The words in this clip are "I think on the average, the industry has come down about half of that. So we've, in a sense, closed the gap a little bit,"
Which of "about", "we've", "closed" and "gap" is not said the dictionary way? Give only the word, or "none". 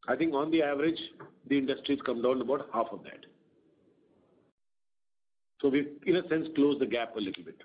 we've